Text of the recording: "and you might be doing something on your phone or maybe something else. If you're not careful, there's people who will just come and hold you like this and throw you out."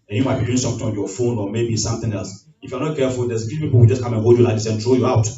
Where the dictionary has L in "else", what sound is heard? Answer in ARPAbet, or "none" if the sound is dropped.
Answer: L